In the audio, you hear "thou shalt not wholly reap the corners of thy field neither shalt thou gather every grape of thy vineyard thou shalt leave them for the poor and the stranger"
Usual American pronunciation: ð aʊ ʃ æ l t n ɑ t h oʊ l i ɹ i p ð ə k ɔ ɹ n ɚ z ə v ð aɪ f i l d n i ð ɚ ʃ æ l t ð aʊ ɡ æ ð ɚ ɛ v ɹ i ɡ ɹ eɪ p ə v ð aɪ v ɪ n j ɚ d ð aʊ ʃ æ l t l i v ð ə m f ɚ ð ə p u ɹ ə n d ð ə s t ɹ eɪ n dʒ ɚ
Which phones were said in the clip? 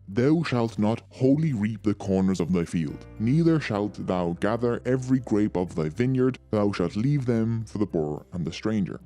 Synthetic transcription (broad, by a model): ð aʊ ʃ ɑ l t n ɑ t h oʊ l i ɹ i p ð ə k ɔ ɹ n ɚ z ə v ð aɪ f i l d n i ð ɚ ʃ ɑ l t ð aʊ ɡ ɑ ð ɚ ɛ v ɹ i ɡ ɹ eɪ p ə v ð aɪ v ɪ n j ɚ d ð aʊ ʃ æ l t l i v ð ə m f ɚ ð ə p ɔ ɹ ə n ð ə s t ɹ eɪ n dʒ ɚ